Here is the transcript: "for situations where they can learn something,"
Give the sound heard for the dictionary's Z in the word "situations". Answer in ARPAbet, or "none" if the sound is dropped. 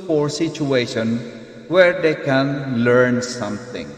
none